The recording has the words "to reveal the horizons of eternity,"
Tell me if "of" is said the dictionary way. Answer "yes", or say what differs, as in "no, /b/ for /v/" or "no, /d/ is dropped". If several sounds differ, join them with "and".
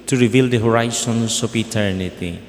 no, /p/ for /v/